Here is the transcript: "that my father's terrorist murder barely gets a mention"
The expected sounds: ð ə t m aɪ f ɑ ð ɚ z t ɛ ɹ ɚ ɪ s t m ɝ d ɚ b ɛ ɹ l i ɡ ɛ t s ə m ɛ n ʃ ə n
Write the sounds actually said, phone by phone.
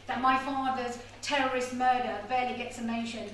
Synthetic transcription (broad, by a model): ð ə t m aɪ f ɑ ð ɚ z t ɛ ɹ ɚ ɪ s t m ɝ d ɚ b ɛ l i ɡ ɛ t s ə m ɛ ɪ ʃ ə n